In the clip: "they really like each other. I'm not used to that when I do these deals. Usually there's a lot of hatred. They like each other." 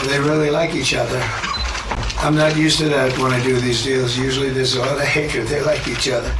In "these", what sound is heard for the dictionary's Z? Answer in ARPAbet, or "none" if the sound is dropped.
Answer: Z